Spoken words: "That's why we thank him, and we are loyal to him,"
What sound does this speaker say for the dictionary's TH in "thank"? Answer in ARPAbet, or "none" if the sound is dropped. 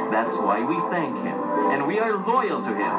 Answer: TH